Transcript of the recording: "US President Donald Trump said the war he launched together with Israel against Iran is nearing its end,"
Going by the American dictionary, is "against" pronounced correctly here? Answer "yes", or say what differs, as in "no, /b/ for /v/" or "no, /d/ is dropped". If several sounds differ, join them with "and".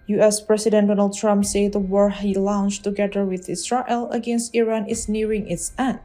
yes